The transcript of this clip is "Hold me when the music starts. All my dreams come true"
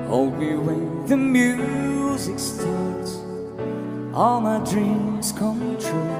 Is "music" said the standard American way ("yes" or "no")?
yes